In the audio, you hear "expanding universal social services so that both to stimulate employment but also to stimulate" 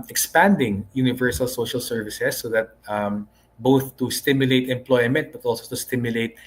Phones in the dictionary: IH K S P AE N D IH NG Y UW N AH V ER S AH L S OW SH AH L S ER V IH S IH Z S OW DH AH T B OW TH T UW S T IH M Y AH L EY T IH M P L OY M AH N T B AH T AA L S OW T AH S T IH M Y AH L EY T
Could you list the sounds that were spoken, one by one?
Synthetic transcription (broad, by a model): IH K S P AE N D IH NG Y UW N AH V ER S AH L S OW SH AH L S ER V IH S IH S OW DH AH T B OW TH T UW S T IH M Y AH L EY T IH M P L OY M AH N T B AH T AA L S OW T AH S T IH M Y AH L EY T